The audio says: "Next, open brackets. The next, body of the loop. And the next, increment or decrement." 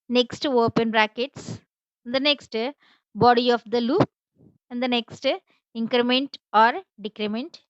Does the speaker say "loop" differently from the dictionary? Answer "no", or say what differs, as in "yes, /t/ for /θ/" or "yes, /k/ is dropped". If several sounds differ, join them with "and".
no